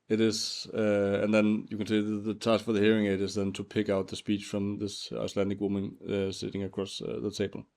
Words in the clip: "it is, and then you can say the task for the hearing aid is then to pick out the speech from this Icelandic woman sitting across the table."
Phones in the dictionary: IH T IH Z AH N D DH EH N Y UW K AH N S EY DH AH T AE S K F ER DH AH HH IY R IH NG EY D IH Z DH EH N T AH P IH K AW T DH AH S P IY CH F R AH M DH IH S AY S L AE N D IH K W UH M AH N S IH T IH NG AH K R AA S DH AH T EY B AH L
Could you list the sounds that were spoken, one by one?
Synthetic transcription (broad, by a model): IH T IH Z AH N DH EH N Y UW K AH N S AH DH AH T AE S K F ER DH AH HH IY R IH NG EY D IH Z DH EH N T AH P IH K AW T DH AH S P IY CH F R AH M DH IH S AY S L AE N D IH K W UH M AH N S IH T IH NG AH K R AA S DH AH T EY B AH L